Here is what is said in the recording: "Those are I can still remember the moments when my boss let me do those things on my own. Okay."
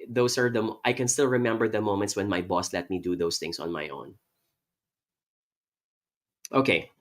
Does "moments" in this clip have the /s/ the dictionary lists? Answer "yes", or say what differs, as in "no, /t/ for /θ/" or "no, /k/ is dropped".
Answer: yes